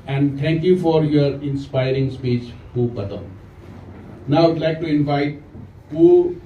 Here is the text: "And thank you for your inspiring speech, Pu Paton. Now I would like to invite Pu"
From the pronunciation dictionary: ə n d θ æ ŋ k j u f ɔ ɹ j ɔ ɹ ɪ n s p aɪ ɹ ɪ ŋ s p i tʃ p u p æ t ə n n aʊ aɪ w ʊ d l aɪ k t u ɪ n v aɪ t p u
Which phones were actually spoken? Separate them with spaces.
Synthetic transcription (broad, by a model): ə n d t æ ŋ k j u f ɔ ɹ j ɔ ɹ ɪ n s p aɪ ɹ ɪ ŋ s p i tʃ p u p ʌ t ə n n aʊ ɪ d l aɪ k t u ɪ n v aɪ t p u